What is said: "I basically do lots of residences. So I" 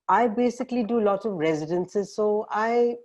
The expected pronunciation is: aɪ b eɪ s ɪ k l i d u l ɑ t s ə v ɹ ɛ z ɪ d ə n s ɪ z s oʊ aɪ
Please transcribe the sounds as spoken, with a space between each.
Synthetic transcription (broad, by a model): aɪ b eɪ s ɪ k l i d u l ɑ t ə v ɹ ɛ z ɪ d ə n s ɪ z s oʊ aɪ